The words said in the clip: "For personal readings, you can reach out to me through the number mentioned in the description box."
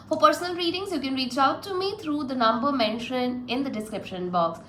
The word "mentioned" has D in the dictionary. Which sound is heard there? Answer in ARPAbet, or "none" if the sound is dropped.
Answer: none